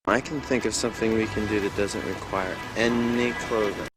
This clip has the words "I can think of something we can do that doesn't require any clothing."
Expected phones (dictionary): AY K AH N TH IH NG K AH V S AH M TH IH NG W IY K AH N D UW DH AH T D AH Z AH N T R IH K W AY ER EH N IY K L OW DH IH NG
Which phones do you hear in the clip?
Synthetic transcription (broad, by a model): AY K N TH IH NG K AH V S AH M TH IH NG W IY K AH N D UW DH AH T D AH Z AH N T R IH K W AY ER EH N IY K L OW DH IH